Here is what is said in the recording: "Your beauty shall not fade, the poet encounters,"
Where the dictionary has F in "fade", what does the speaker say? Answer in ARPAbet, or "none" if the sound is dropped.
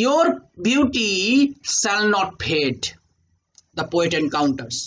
P